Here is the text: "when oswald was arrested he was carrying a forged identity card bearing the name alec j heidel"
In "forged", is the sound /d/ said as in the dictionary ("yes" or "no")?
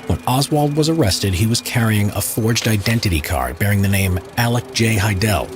yes